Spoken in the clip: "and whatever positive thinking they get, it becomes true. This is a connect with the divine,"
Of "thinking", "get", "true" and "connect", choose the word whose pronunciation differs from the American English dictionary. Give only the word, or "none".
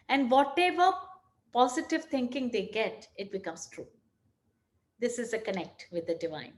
thinking